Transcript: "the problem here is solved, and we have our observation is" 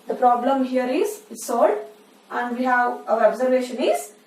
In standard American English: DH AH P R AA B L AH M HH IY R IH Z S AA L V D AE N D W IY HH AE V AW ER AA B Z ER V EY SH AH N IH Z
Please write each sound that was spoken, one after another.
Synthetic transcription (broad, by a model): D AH P R AA B L AH M HH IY R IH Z S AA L D AE N D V IY HH AE V AW ER AA B Z ER V EY SH AH N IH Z